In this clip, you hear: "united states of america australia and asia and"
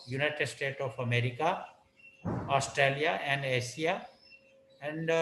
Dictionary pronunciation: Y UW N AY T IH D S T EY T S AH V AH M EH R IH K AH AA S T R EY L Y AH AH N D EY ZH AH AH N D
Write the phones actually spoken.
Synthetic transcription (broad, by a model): Y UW N AY T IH D S T EY T AH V AH M EH R IH K AH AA S T R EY L Y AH AH N D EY S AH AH N D